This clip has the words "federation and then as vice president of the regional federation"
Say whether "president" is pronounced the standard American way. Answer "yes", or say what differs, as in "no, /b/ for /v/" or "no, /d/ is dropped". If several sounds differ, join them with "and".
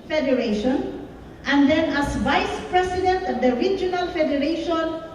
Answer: no, /s/ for /z/